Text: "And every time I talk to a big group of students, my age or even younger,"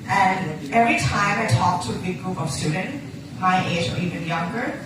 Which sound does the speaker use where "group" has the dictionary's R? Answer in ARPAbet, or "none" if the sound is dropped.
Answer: R